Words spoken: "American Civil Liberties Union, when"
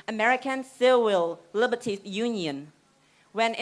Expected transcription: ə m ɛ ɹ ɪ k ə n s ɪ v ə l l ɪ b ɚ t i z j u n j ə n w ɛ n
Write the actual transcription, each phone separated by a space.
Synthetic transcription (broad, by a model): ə m ɛ ɹ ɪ k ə n s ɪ w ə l l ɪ b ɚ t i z j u n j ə n w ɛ n